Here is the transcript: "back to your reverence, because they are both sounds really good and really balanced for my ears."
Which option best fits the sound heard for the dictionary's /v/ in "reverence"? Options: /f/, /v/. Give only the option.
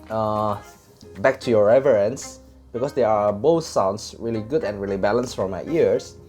/v/